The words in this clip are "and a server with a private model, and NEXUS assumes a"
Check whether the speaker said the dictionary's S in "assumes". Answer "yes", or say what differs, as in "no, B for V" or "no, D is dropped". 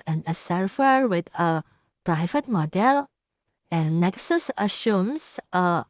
no, SH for S